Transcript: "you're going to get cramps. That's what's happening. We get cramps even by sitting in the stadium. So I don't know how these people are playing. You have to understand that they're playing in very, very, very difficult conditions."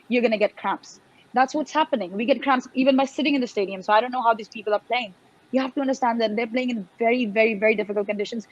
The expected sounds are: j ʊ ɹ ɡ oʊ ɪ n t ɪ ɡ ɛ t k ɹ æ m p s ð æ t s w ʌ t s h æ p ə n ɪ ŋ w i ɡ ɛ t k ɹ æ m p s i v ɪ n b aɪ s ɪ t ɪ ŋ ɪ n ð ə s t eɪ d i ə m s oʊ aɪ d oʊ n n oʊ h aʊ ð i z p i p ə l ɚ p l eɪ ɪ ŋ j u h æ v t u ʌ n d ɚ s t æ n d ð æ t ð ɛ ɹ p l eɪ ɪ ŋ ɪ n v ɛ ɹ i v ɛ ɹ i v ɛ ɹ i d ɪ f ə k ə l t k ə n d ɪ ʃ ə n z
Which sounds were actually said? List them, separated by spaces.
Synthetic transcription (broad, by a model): j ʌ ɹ ɡ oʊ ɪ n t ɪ ɡ ɛ t k ɹ æ m p s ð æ t s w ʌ t s h æ p ə n ɪ ŋ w i ɡ ɛ t k ɹ æ m p s i v ɪ n b aɪ s ɪ t ɪ ŋ ɪ n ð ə s t eɪ d i ə m s oʊ aɪ d oʊ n n oʊ h aʊ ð i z p i p ə l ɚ p l eɪ ɪ ŋ j u h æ f t u ʌ n d ɚ s t æ n d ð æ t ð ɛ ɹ p l eɪ ɪ ŋ ɪ n v ɛ ɹ i v ɛ ɹ i v ɛ ɹ i d ɪ f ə k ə l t k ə n d ɪ ʃ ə n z